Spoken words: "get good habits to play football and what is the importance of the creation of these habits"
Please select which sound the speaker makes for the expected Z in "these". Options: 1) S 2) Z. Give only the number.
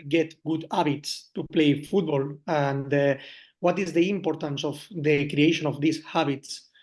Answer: 1